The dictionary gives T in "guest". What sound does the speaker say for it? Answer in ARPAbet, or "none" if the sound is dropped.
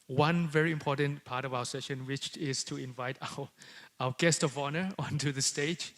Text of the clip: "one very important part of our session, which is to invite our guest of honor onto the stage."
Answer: T